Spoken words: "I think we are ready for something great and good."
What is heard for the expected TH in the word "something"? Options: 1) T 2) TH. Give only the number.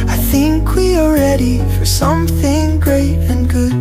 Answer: 2